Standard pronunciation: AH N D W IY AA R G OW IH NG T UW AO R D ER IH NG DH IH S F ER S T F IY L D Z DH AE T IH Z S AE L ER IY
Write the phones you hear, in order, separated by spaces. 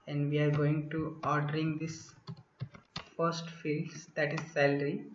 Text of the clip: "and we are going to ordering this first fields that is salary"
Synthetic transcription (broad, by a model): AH N D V IY AA R G OW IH NG T UW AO R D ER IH NG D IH S F ER S T F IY L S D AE T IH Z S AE L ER IY